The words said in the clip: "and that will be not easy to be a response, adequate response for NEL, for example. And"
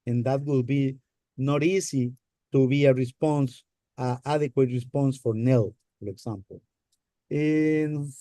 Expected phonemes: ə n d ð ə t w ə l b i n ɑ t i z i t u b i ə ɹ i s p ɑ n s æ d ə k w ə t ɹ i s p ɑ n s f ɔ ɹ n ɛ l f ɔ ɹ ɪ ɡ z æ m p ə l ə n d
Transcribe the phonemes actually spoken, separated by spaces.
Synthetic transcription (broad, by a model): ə n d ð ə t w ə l b i n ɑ t i s i t u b i ə ɹ i s p ɑ n s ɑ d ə k w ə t ɹ i s p ɑ n s f ɔ ɹ n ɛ l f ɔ ɹ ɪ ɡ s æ m p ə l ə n